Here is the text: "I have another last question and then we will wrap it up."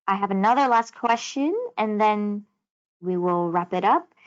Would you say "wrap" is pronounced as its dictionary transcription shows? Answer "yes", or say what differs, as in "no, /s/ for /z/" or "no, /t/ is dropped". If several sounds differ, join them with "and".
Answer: yes